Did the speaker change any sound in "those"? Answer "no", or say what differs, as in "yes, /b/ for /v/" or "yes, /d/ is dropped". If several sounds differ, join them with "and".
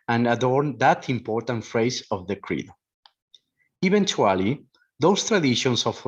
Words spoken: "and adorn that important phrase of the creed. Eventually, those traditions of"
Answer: yes, /s/ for /z/